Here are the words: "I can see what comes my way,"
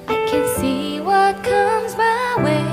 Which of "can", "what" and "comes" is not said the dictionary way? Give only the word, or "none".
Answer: none